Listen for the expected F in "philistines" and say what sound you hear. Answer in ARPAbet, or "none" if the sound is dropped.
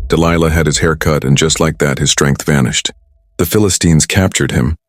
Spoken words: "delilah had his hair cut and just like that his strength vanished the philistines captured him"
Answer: F